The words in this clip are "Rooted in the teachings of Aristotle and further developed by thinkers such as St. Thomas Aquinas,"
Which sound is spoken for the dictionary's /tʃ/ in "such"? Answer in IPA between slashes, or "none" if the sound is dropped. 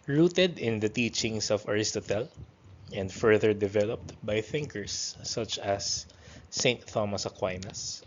/tʃ/